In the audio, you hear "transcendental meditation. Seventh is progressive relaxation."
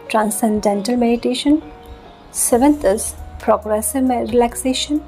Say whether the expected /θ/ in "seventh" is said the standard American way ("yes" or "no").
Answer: no